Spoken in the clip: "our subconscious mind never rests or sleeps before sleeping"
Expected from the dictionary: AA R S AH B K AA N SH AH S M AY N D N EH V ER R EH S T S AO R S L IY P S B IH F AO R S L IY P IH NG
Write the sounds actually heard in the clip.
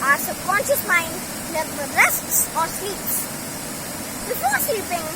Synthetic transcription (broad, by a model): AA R S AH K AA N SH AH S M AY N D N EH F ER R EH S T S AO R S L IY P S B IH F AO R S L IY P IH NG